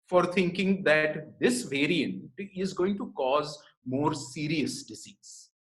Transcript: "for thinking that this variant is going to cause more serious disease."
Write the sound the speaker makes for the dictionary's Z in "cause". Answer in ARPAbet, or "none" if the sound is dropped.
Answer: Z